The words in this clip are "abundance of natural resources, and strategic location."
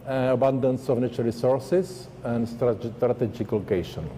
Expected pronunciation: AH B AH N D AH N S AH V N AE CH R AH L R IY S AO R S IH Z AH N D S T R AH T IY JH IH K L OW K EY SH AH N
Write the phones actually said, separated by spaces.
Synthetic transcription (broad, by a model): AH B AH N D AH N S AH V N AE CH AH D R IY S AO R S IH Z AH N D S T R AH T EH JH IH K L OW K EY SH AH N